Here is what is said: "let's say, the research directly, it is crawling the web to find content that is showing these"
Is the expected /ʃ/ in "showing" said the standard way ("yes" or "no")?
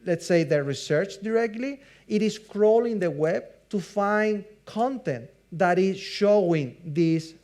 yes